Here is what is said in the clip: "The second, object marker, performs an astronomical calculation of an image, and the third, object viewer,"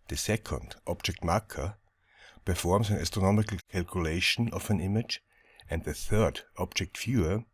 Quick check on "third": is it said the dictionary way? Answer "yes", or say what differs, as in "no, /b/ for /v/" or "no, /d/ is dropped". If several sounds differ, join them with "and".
yes